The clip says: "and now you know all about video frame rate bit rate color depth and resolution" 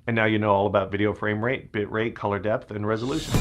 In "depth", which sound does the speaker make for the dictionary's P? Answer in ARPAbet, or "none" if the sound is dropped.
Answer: P